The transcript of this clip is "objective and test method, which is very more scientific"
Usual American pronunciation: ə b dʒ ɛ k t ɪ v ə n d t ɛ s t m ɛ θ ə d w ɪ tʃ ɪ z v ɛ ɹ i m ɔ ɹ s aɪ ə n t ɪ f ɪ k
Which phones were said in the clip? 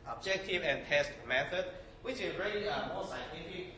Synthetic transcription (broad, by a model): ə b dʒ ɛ k t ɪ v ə n t ɛ s t m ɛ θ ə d w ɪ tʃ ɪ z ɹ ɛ l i m ɔ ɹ s aɪ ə n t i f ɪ k